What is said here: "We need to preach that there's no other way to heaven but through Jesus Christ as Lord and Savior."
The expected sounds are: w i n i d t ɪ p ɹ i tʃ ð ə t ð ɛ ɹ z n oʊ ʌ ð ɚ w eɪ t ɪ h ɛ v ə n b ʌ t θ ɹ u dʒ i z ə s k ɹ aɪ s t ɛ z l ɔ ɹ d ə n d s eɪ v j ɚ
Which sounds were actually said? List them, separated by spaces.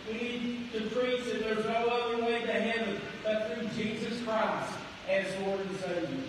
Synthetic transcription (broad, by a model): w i n i d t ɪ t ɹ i s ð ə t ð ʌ ɹ z n oʊ ʌ ð ɚ w eɪ t ɪ h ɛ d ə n b ʌ t θ ɹ u dʒ i z ə s k ɹ aɪ s t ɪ z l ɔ ɹ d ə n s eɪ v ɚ